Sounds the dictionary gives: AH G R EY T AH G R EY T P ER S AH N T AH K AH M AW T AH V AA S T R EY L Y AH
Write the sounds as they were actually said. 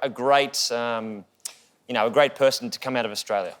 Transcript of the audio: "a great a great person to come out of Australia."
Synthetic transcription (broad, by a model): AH G R EY T AH G R EY T P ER S N T AH K AH M AW T AH V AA S T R EY L Y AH